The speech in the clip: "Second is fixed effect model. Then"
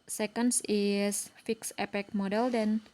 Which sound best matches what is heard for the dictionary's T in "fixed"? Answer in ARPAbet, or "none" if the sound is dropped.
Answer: none